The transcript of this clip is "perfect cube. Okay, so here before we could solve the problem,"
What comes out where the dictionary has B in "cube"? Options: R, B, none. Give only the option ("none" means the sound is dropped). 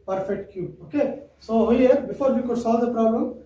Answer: none